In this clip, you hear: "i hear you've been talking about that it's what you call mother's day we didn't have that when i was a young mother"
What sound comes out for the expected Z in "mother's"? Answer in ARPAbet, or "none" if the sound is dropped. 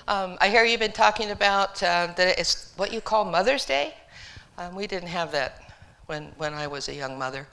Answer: Z